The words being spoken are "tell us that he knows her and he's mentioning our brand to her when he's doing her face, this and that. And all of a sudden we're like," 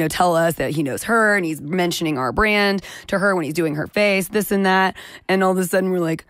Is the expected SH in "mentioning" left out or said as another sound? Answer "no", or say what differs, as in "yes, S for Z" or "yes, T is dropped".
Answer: no